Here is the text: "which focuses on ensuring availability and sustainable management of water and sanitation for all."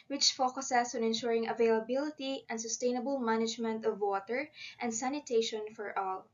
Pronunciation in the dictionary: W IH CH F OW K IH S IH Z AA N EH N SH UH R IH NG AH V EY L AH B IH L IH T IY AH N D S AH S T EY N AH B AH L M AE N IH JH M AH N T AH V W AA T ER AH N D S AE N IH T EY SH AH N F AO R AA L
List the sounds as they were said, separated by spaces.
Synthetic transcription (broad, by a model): W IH CH F OW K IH S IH S AA N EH N SH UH R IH NG AH V EY L AH B IH L IH T IY AH N D S AH S T EY N AH B AH L M AE N IH JH M AH N T AH V W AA T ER AH N D S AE N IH T EY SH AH N F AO R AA L